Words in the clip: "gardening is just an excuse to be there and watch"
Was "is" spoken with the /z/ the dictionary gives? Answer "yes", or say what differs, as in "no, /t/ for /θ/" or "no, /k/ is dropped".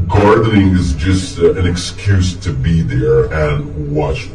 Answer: yes